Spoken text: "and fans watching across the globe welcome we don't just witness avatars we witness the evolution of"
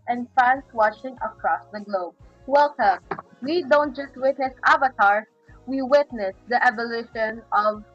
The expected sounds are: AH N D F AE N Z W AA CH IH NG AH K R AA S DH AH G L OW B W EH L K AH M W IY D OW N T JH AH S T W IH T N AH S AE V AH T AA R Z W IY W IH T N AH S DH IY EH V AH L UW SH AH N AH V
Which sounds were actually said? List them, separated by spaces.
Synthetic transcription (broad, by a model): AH N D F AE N S W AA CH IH NG AH K R AA S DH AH G L OW B W EH L K AH M W IY D OW N T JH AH S T W IH T N AH S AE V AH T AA R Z W IY W IH T N AH S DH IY EH V AH L UW SH AH N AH V